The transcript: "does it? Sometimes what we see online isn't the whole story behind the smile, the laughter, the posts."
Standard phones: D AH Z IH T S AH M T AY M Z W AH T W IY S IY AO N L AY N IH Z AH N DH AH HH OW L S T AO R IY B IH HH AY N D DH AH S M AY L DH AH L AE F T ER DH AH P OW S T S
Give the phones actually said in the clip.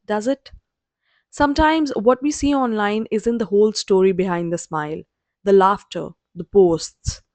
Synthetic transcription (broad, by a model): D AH Z IH T S AH M T AY M Z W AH T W IY S IY AO N L AY N IH Z AH N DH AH HH OW L S T AO R IY B IH HH AY N D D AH S M AY L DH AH L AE F T ER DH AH P OW S T S